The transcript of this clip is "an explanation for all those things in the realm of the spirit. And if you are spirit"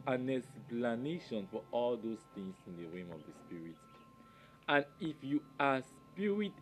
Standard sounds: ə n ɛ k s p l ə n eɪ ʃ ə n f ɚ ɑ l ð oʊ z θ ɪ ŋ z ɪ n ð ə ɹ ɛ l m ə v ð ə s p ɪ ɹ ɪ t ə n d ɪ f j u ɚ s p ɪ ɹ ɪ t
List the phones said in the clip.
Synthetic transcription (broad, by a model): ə n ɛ s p l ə n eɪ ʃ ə n f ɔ ɑ l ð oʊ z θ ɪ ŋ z ɪ n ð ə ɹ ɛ m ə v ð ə s p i ɹ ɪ t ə n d ɪ f j u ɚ s p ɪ ɹ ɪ t